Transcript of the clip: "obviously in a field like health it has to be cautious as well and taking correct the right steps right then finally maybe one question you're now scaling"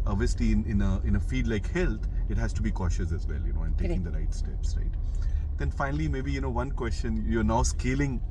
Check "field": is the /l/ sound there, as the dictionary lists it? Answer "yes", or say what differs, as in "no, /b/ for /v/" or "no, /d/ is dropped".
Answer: no, /l/ is dropped